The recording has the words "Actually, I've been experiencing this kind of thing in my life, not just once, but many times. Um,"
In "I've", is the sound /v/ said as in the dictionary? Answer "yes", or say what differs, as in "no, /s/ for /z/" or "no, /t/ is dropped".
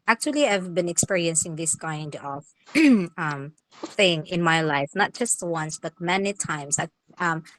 yes